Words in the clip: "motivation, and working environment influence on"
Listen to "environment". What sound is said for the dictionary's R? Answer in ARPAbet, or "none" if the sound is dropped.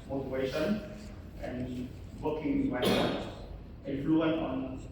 none